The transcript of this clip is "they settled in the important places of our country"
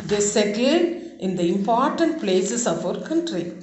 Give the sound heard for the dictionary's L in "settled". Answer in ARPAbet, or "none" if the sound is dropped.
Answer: none